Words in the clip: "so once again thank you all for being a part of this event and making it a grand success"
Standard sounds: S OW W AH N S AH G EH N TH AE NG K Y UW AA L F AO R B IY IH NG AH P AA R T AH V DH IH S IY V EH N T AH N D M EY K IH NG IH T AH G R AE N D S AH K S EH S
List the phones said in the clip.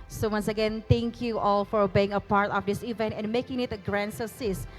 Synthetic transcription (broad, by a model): S OW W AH N S AH G EH N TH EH NG K Y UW AA L F AO R B IY IH NG AH P AA R T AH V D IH S IY V EH N T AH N M EY K IH NG IH T AH G R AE N S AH S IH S